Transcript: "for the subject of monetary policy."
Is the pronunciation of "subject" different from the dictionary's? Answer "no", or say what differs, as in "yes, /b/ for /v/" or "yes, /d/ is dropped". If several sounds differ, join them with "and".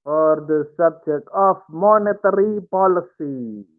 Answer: yes, /t/ is dropped